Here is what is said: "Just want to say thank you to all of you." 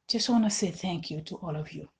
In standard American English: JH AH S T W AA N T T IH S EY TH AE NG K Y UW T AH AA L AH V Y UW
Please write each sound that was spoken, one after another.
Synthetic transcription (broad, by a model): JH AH S T W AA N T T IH S EY TH AE NG K Y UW T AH AA L AH V Y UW